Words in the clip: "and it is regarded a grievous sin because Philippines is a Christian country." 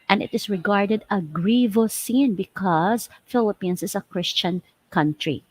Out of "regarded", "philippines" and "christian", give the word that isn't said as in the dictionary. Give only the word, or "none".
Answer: philippines